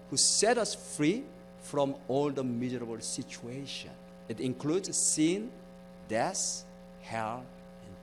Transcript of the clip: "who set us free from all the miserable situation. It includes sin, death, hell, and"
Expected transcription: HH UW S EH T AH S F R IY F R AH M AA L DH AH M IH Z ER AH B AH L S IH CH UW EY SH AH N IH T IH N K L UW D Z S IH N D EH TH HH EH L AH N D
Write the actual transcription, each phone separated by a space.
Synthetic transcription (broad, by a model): HH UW S EH T AH S F R IY F R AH M AA L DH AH M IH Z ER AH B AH L S IH CH UW EY SH AH N IH T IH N K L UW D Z S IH N D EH S HH EH L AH N